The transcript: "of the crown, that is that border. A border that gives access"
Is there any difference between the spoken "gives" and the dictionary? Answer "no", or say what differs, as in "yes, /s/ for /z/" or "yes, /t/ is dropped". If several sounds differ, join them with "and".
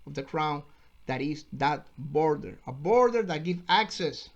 yes, /z/ is dropped